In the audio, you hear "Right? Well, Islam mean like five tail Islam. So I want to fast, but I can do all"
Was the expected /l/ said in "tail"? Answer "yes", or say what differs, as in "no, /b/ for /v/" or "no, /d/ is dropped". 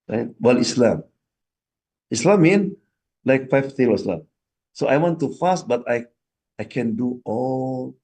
no, /w/ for /l/